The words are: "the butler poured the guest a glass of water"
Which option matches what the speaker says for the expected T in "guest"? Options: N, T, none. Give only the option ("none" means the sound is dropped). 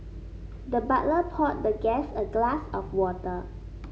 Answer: none